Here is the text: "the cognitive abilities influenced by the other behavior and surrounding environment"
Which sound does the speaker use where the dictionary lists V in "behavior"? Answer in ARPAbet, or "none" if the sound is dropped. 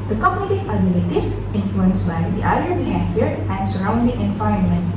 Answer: F